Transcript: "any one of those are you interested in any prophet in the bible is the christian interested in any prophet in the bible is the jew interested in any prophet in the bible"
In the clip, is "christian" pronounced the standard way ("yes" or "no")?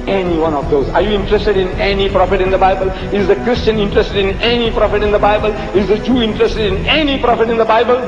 yes